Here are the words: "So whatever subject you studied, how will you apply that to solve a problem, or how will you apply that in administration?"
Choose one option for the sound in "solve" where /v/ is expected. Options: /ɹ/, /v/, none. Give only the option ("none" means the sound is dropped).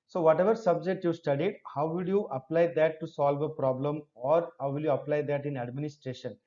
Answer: /v/